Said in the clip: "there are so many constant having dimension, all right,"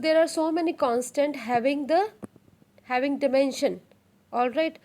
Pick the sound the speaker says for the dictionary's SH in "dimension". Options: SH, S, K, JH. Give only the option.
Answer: SH